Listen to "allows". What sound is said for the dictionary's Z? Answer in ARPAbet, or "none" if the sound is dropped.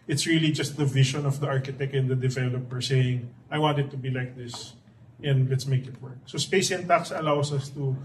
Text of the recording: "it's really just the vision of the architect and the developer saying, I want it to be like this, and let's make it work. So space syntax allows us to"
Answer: S